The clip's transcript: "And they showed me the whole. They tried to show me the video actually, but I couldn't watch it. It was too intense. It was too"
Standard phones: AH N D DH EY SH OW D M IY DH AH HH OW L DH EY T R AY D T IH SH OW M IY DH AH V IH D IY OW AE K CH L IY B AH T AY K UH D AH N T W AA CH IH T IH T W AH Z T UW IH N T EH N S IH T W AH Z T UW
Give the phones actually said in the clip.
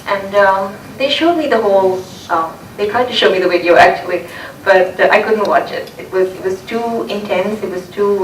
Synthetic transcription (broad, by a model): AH N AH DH EY SH OW D M IY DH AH HH OW L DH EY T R AY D T IH SH OW M IY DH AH W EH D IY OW AE K CH L IY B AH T AY K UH D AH N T W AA CH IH T IH T W AH Z T UW IH N T EH N S IH T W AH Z T UW